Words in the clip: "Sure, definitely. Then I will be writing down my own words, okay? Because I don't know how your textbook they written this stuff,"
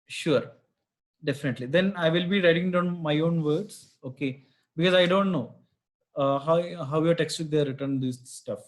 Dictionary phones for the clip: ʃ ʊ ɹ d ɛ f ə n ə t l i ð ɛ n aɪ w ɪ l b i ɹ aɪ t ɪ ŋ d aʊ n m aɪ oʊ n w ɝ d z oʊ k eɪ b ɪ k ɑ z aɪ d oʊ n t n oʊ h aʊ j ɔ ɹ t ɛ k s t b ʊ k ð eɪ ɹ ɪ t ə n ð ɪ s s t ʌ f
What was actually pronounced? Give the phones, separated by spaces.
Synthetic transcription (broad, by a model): ʃ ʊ ɹ d ɛ f ə n ə t l i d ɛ n aɪ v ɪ l b i ɹ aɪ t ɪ ŋ d aʊ n m aɪ oʊ n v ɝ d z oʊ k eɪ b ɪ k ɑ z aɪ d oʊ n t n oʊ h aʊ j ɔ ɹ t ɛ k s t ɪ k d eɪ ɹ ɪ t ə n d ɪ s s t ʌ f